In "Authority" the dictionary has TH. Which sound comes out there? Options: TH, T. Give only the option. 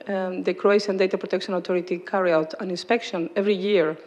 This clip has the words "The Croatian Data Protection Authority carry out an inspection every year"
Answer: T